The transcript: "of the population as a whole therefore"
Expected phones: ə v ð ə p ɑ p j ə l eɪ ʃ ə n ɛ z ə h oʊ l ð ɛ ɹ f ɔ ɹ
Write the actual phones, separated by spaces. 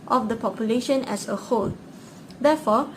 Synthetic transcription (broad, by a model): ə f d ə p ɑ p j ə l eɪ ʃ ə n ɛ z ə h oʊ l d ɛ f ɔ